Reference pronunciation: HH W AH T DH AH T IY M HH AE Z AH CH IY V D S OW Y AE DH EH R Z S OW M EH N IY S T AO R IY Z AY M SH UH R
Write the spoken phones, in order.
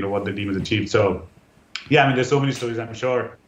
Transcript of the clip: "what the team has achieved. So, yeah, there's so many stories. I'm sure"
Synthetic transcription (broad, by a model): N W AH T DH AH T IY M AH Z AH CH IY V D S OW Y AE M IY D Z S OW M EH N IY S T AO R IY Z AY M SH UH R